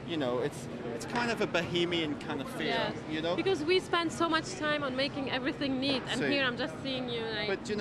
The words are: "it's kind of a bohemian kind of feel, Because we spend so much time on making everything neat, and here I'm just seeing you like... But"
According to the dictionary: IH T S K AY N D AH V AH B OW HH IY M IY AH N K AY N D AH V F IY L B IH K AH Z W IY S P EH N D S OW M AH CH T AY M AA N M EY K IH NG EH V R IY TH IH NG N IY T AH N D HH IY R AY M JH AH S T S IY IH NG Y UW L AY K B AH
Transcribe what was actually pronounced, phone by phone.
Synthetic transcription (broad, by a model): IH T S K AY N D AH V AH B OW HH IY M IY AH N K AY N D AH V F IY N B IH K AH Z W IY S P EH N D S OW M AH CH T AY M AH N M EY K IH NG EH V R IY TH IH NG N IY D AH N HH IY R AY M JH AH S T S IY IH NG Y UW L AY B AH